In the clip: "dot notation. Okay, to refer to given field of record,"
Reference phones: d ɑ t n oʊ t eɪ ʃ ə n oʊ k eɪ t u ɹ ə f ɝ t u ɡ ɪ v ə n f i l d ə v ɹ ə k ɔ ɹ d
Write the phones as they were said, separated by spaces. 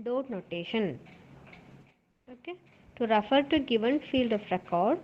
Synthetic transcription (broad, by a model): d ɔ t n oʊ t eɪ ʃ ə n oʊ k eɪ t u ɹ ə f ɝ t u ɡ ɪ v ə n f i l d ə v ɹ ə k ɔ ɹ d